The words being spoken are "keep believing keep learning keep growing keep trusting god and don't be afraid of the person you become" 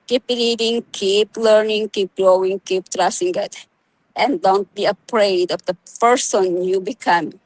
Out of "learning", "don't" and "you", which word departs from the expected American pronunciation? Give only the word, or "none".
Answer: none